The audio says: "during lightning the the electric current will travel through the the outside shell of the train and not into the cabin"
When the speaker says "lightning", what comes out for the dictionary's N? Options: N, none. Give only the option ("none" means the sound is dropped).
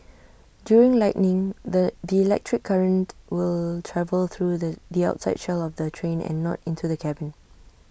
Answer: N